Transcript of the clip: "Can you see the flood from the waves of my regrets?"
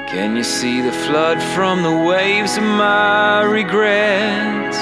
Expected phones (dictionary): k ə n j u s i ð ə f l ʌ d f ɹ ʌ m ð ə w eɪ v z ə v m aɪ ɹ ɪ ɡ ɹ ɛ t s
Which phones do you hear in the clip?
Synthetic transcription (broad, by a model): k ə n j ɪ s i ð ə f l ʌ d f ɹ ʌ m ð ə w eɪ v z ə v m aɪ ɹ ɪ ɡ ɹ ɛ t